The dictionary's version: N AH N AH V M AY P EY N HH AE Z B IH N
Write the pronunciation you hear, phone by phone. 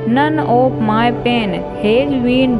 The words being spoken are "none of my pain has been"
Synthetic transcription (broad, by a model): N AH N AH P M AY P EY N HH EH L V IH N